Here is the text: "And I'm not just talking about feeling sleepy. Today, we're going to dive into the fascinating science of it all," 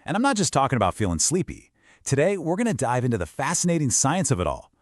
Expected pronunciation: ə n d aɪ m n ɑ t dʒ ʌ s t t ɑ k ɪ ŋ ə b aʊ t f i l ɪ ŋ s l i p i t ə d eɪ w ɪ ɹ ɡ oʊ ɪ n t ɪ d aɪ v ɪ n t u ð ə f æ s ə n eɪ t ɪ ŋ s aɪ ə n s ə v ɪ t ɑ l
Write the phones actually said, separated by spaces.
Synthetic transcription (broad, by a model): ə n aɪ m n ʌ t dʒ ʌ s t t ɑ k ɪ ŋ ə b aʊ t f i l ɪ ŋ s l i p i t ə d eɪ w ɪ ɹ ɡ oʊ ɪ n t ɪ d aɪ v ɪ n t u ð ə f æ s ə n eɪ t ɪ ŋ s aɪ ə n s ə v ɪ t ɑ l